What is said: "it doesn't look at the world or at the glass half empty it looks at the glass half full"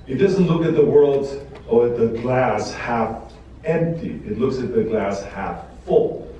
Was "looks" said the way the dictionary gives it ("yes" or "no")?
yes